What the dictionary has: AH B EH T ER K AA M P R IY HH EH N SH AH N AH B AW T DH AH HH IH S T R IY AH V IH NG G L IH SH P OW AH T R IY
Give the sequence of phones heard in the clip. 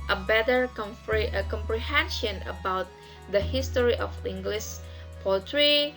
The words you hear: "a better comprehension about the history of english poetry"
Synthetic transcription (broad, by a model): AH B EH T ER K AA M P R IY HH EH N SH AH N AH B AW T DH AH HH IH S T R IY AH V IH NG G L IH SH P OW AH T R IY